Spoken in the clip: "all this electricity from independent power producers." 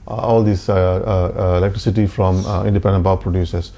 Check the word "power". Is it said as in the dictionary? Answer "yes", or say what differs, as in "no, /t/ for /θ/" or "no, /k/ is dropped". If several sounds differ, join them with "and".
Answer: no, /b/ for /p/